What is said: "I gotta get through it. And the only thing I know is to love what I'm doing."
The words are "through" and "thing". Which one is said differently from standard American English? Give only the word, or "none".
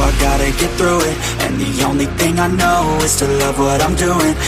none